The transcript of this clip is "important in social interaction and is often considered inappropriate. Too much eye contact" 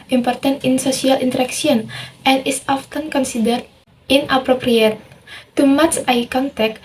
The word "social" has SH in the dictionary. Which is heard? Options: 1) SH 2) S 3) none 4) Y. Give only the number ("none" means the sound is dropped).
2